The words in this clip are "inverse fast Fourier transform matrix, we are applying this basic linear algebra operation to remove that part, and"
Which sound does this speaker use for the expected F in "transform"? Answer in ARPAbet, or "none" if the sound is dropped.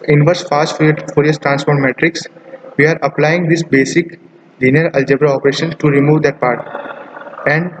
P